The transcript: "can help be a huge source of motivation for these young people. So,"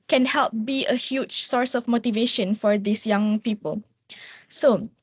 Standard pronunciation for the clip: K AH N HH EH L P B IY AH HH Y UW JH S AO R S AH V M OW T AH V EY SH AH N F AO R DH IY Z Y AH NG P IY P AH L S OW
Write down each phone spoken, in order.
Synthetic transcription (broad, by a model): K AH N HH EH L P B IY AH HH Y UW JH S AO R S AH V M OW T AH V EY SH AH N F AO R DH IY S Y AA NG P IY P AH L S OW